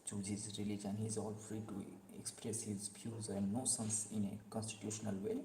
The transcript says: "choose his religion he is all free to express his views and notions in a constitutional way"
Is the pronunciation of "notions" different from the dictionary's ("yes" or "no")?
yes